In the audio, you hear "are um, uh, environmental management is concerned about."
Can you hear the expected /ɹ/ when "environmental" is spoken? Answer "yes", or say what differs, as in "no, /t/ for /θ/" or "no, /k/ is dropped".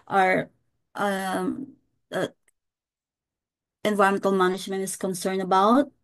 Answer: no, /ɹ/ is dropped